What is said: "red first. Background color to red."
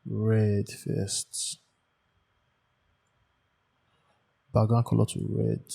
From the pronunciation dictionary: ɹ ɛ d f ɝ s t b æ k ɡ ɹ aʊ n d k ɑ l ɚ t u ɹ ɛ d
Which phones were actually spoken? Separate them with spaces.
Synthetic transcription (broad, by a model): ɹ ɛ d f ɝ s t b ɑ ɡ aʊ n k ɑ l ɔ t u ɹ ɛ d